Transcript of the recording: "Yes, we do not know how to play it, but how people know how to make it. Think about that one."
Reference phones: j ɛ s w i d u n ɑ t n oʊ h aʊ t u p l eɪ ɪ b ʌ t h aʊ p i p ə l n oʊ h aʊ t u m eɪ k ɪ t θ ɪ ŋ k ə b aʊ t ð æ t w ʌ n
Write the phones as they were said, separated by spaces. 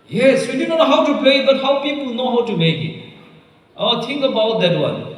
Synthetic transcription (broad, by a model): j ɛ s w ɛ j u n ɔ n oʊ h aʊ t u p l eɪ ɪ b ʌ t h aʊ p i p ə l n oʊ h aʊ t u m eɪ k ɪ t t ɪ ŋ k ə b aʊ t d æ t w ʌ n